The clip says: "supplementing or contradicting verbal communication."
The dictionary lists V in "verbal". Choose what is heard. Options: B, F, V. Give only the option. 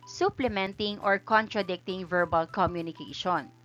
V